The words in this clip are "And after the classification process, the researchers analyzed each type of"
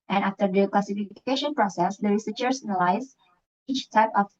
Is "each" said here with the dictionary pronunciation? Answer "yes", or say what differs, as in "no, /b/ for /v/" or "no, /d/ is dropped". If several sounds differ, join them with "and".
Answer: yes